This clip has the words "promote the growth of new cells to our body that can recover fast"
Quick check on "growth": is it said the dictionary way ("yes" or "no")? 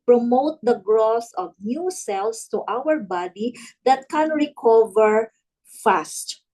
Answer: no